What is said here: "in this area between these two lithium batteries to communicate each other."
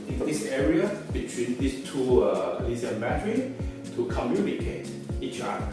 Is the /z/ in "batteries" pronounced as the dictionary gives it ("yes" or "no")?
no